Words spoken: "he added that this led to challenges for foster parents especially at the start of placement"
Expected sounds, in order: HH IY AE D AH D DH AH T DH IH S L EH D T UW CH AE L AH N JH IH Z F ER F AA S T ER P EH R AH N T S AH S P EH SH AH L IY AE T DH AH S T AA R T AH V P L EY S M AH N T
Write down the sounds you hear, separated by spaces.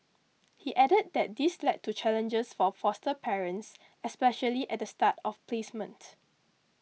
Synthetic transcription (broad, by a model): HH IY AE D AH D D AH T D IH S L EH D T UW CH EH L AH N JH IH S F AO F AA S T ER P EH R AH N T S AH S P EH SH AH L IY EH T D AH S T AA T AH F P L EY S M AH N T